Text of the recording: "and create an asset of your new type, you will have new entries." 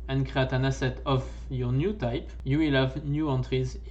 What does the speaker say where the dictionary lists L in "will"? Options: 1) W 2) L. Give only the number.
2